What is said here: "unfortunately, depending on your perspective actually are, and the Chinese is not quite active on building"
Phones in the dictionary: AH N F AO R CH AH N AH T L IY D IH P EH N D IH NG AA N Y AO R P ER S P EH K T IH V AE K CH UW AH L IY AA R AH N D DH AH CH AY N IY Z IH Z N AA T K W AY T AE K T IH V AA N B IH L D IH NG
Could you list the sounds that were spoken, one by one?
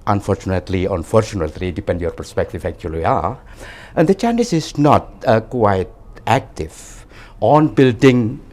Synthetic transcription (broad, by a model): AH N F AO R CH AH N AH T L IY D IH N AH L D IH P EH N Y AO R P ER S P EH K T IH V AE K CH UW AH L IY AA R AH N D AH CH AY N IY S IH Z N AA T K W AY T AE K T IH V AA N B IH L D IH NG